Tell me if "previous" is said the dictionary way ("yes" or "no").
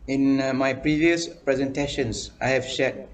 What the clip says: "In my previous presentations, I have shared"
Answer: yes